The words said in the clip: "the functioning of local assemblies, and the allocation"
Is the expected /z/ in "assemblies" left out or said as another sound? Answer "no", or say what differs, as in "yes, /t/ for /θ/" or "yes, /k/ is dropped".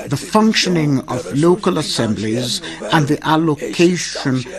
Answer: no